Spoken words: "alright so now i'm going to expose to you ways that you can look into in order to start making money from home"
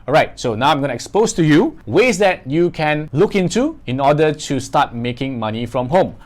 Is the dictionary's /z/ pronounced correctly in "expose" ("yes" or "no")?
no